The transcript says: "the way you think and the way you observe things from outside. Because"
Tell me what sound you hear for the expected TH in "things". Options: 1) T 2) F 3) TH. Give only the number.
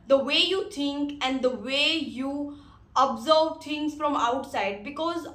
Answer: 1